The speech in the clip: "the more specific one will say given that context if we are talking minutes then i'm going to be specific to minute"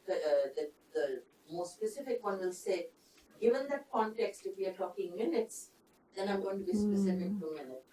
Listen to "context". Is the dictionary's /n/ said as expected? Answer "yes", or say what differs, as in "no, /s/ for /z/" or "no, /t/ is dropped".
yes